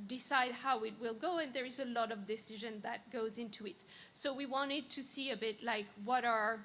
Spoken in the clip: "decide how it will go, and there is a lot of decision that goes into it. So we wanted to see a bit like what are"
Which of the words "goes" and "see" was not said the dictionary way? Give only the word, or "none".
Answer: none